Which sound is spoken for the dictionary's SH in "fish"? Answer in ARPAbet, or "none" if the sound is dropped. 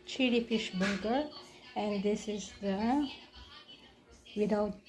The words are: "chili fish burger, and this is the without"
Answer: SH